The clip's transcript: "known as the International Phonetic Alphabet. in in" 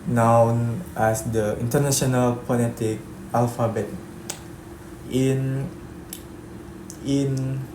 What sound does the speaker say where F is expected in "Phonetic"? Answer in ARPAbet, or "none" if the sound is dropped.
P